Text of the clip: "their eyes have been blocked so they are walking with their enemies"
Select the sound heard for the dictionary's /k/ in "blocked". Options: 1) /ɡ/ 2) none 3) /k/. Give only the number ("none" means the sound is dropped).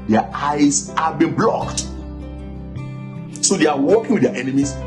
3